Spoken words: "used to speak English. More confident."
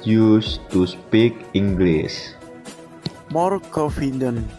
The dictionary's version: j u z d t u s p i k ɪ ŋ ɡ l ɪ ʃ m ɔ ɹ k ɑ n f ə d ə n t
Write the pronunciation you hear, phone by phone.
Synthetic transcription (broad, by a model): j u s t u s p i k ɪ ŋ ɡ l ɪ s m ɔ ɹ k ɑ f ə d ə n